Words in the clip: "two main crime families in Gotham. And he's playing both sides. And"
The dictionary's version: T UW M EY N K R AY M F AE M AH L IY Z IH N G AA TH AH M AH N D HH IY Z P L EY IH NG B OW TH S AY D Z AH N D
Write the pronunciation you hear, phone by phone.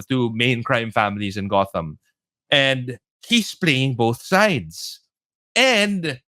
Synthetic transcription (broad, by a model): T UW M EY N K R AY M F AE M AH L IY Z IH N G AA TH AH M AH N D HH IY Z P L EY IH NG B OW TH S AY D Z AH N D